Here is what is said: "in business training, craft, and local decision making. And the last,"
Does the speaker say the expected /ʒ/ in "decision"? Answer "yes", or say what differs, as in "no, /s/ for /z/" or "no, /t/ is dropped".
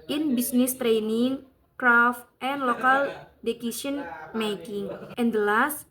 no, /s/ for /ʒ/